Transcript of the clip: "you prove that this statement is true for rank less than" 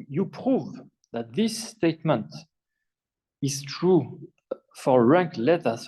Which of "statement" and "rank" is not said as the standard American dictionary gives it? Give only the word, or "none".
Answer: none